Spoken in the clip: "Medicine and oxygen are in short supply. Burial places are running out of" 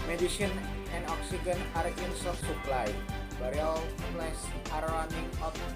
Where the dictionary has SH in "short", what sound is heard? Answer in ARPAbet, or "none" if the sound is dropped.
S